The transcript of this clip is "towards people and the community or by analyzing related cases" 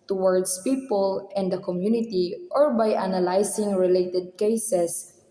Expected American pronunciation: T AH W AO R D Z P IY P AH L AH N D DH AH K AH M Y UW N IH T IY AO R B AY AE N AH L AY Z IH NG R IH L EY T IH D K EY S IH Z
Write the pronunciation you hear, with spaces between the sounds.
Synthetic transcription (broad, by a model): T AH W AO R D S P IY P AH L AH N D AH K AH M Y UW N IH T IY AO R B AY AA N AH L AY S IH NG R IH L EY T IH D K EY S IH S